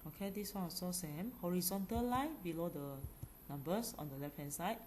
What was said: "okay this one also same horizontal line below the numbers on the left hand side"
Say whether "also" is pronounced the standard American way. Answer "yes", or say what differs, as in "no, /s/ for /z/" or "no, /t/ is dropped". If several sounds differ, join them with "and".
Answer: no, /l/ is dropped